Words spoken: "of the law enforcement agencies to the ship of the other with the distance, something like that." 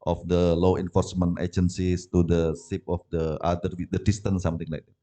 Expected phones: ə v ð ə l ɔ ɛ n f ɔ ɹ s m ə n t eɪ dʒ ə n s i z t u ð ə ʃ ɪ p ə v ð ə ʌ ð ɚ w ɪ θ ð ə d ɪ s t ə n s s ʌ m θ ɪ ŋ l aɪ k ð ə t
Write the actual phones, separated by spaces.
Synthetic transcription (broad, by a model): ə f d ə l ɔ ɛ n f ɔ ɹ s m ə n t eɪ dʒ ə n s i s t u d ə s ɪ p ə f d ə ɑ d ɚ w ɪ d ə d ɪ s t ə n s s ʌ m t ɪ ŋ l aɪ k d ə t